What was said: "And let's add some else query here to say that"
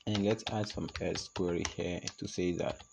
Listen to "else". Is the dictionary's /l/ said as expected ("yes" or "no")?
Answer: no